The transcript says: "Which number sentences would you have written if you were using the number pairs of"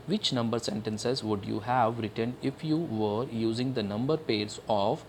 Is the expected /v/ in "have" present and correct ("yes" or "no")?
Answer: yes